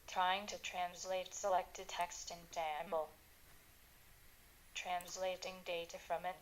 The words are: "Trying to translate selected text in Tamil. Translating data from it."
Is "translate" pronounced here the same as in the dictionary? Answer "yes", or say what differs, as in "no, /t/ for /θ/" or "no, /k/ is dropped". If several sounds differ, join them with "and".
yes